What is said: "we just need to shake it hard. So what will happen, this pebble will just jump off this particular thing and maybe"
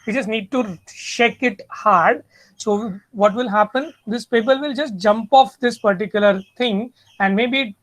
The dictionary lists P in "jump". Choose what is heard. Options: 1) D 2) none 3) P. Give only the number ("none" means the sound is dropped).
3